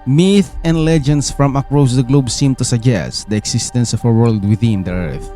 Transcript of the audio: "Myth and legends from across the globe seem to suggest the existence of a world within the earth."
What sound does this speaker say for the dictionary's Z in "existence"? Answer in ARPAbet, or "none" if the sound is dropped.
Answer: S